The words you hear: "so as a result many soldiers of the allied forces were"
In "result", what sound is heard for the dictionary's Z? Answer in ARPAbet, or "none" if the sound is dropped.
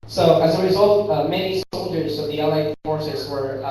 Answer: Z